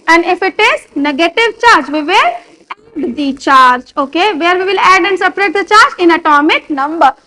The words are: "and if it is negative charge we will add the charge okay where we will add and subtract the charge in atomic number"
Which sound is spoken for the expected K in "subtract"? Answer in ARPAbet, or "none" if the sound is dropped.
none